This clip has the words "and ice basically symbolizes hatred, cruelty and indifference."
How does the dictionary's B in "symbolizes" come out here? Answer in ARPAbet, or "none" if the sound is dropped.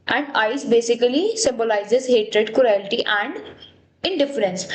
B